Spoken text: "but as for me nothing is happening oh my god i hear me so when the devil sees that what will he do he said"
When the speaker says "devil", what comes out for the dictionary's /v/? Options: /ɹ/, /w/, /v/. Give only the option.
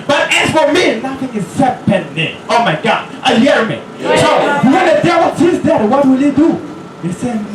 /w/